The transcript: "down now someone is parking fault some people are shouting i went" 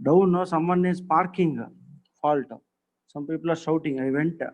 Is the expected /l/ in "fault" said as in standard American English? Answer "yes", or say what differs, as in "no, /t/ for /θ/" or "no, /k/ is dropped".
yes